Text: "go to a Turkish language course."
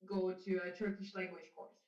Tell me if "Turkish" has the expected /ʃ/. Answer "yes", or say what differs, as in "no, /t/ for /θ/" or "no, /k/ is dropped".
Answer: yes